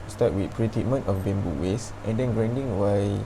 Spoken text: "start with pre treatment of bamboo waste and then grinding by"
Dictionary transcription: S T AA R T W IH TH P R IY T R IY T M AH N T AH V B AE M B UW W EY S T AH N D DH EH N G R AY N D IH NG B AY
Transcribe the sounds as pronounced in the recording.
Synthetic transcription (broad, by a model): S T AA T W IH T P R IY T IY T M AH N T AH F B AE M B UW W EY S T AH N D EH N G R AY N D IH NG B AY